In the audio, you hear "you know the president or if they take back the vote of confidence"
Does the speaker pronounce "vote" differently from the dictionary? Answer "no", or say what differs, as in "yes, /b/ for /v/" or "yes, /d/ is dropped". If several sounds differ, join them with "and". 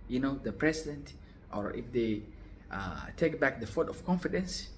yes, /f/ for /v/